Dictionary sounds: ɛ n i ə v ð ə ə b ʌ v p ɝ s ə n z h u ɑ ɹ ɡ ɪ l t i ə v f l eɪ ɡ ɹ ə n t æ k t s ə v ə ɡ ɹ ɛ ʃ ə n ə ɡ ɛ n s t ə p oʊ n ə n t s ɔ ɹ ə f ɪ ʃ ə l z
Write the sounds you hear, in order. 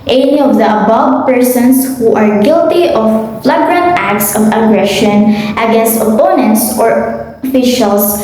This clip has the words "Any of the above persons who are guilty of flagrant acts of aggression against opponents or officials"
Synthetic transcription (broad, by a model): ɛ n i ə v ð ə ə b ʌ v p ɝ s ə n s h u ɑ ɹ ɡ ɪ l t i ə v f l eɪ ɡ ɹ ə n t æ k t s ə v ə ɡ ɹ ɛ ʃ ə n ə ɡ ɛ n s t ə p oʊ n ə n t s ɔ ɹ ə f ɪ ʃ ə l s